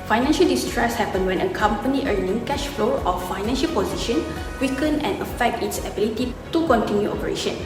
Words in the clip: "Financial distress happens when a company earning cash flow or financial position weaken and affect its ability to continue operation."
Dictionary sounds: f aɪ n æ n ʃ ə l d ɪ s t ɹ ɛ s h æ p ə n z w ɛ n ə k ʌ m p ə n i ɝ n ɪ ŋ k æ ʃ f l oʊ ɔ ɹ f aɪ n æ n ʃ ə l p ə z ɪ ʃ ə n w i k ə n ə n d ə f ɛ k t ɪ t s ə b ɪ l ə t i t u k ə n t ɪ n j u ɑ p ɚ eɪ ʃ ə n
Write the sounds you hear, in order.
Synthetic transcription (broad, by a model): f aɪ n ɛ n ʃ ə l d ɪ s t ɹ ɛ s h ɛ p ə n w ɛ n ə k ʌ m p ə n i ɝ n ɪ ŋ k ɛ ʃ f l oʊ ɔ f f aɪ n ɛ n ʃ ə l p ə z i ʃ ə n w i k ə n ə n ə f ɛ k t ɪ t s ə b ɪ l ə t i t u k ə n t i n j u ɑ p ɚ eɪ ʃ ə n